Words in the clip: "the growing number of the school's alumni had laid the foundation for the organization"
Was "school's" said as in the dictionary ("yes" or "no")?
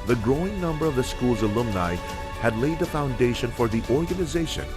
yes